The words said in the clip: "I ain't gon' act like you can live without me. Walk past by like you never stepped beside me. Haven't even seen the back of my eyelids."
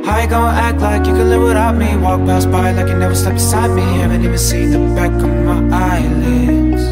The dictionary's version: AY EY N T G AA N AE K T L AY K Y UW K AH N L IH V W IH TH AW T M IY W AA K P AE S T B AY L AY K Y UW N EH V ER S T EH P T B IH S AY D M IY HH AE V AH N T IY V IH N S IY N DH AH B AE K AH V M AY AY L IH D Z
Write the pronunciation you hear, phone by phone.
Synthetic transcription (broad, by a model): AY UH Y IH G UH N AE K T L AY K Y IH K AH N L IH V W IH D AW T M IY W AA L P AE S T B AY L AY K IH N EH V ER S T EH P B IH S AY D M IY HH AE V AH N T IY V IH N S IY N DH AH B AE K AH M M AY AY L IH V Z